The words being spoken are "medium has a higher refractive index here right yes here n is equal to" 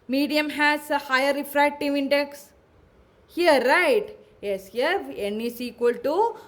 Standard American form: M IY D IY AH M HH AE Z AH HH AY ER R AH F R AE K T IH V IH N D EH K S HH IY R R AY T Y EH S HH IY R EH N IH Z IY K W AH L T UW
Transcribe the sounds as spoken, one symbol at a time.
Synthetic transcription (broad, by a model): M IY D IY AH M HH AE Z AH HH AY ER R AH F R AE K T IH V IH N D EH K S HH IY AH R AY T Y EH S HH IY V EH N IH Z IY K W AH L T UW